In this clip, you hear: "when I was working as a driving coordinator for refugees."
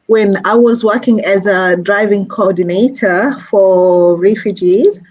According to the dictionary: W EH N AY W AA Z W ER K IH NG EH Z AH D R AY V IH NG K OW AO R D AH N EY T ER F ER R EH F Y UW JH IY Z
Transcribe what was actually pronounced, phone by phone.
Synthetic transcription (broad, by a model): W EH N AY W AA Z W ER K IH NG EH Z AH D R AY V IH NG K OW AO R D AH N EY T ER F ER R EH F Y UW JH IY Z